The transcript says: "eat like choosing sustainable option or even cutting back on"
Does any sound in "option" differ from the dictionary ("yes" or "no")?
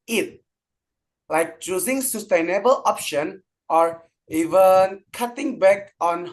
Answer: no